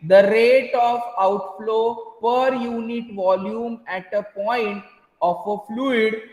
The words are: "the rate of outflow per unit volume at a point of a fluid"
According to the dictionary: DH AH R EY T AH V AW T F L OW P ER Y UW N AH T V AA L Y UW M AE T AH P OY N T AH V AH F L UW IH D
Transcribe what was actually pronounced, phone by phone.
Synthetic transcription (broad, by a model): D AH R EY T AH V AW T F L OW P ER Y UW N AH T V AA L Y UW M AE T AH P OY N T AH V AH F L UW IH D